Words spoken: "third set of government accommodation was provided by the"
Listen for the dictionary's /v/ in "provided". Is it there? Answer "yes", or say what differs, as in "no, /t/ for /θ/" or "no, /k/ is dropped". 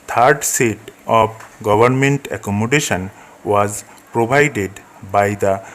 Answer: no, /b/ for /v/